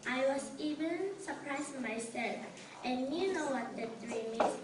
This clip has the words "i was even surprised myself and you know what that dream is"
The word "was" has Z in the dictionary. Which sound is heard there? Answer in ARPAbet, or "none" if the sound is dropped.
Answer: S